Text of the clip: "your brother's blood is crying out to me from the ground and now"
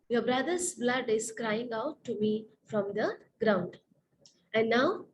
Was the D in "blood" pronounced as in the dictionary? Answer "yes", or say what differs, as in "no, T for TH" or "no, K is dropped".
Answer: yes